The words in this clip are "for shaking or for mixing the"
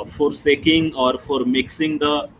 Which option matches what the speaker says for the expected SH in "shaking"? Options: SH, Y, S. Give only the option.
S